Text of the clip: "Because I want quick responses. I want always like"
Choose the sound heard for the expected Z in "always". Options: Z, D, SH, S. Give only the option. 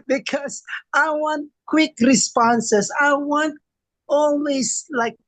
S